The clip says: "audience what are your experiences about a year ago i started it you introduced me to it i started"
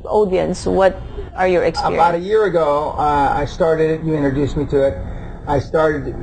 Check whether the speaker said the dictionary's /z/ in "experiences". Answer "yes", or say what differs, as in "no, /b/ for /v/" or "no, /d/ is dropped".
no, /z/ is dropped